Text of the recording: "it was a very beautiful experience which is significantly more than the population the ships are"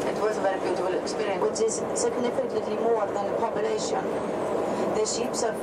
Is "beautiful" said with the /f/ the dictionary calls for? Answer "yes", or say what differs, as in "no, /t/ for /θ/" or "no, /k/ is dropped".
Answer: no, /f/ is dropped